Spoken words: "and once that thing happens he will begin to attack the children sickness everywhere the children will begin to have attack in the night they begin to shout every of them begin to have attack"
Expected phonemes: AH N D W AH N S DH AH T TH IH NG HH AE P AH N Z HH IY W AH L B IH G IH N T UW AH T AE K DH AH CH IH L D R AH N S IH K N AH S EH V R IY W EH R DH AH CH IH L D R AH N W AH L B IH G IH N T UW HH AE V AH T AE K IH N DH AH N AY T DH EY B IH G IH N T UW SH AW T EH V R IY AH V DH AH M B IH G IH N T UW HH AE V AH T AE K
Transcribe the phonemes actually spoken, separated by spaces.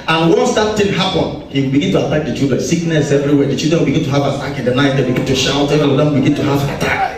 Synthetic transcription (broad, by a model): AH N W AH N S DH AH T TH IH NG HH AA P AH N HH IY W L B IH G IH N T UW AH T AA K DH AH CH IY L D R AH N S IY K N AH S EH V R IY W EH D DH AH CH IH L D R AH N W AH L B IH G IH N T UW HH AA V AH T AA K IH N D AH N AY T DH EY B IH G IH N T UW SH AW T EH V IY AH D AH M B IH G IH N T UW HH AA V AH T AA K